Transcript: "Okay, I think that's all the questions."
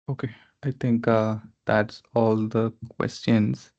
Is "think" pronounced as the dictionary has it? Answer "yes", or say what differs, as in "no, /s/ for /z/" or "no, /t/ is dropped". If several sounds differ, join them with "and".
no, /t/ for /θ/